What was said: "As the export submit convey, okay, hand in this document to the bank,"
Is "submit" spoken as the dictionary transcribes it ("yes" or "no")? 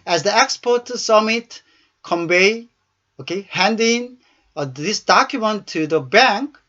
no